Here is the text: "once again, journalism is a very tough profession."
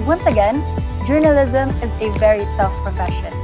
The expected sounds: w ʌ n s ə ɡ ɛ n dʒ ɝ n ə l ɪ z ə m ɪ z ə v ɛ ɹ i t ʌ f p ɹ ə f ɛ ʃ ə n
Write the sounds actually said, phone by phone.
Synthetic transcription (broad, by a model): w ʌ n s ə ɡ ɛ n dʒ ɝ n ə l ɪ z ə m ɪ z ə v ɛ ɹ i s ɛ f p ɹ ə f ɛ ʃ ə n